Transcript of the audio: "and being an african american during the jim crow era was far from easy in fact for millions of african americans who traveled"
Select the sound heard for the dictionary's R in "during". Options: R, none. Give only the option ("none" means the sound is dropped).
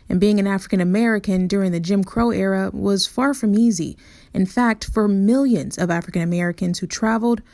R